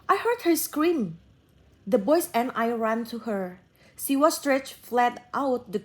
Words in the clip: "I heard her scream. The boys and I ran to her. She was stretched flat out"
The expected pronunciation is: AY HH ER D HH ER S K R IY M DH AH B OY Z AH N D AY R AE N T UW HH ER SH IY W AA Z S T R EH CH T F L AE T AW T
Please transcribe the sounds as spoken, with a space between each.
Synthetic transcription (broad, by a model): AY HH ER D HH ER S K R IY M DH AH B OY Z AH N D AY R AE N T UW HH ER S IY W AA S T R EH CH F L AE T AW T